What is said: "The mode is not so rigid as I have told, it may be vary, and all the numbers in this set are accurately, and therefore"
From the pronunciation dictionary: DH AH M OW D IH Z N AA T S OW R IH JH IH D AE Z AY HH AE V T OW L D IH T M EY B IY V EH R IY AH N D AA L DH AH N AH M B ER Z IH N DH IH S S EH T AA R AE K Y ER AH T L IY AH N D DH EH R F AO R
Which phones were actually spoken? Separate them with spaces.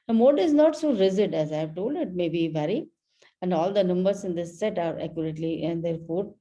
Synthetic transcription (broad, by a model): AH M OW D IH Z N AA T S OW R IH Z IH D AE Z AY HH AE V T OW L D IH T M EY B IY V EH R IY AH N D AA L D AH N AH M B ER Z IH N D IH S S EH T AA R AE K Y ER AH T L IY AH N D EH R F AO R